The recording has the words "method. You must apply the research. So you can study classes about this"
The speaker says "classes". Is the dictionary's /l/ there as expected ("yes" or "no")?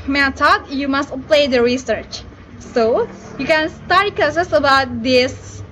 no